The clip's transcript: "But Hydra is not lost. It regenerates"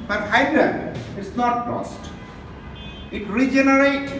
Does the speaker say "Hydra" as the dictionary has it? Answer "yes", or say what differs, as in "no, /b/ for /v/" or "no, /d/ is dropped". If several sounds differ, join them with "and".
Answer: no, /ɹ/ is dropped